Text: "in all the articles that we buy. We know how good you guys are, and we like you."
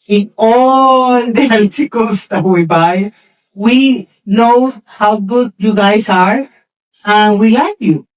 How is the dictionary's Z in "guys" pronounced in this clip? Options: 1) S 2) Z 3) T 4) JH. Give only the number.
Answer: 1